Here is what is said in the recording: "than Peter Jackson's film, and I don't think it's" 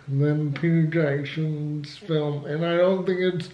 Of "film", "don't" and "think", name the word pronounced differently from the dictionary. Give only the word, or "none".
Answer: none